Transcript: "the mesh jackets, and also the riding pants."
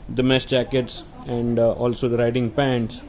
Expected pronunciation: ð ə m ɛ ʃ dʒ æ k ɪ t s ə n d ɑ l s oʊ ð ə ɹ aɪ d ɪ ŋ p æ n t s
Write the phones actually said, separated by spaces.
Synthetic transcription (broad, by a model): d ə m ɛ s dʒ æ k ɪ t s ə n d ɑ l s oʊ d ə ɹ aɪ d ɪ ŋ p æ n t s